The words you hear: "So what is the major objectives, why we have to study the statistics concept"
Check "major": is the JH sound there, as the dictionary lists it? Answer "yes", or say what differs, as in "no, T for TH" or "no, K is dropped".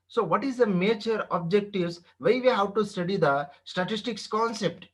no, CH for JH